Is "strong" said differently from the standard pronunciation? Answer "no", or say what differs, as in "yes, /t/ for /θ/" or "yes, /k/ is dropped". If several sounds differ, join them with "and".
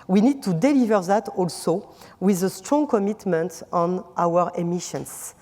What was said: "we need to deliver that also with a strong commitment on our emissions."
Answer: no